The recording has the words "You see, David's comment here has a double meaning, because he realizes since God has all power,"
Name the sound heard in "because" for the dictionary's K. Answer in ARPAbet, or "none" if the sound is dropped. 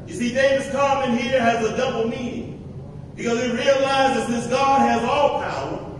K